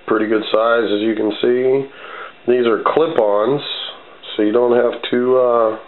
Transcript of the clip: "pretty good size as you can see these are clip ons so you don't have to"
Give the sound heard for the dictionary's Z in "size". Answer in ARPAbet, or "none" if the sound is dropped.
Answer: Z